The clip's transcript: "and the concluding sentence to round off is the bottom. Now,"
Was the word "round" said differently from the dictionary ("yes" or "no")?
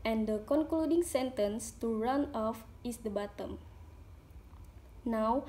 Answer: yes